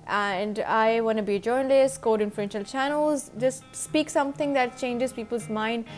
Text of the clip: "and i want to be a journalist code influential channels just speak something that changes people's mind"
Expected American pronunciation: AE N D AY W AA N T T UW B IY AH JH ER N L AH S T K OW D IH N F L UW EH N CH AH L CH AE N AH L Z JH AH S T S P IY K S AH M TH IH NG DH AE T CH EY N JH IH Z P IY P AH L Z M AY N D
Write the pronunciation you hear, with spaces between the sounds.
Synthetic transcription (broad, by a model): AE N D AY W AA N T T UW B IY JH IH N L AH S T K OW D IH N F L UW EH N SH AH L CH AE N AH L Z JH AH S T S P IY K S AH M T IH NG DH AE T CH EY N JH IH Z P IY P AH L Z M AY N D